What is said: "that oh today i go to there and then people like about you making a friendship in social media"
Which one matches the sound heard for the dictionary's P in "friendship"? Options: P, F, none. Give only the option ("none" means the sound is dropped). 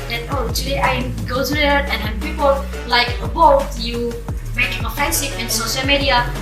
F